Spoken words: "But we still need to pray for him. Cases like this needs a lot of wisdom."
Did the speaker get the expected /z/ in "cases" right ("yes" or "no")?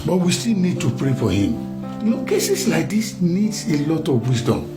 no